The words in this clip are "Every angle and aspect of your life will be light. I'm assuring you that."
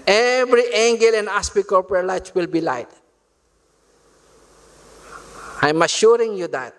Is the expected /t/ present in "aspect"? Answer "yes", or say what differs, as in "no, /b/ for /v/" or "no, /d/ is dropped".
no, /t/ is dropped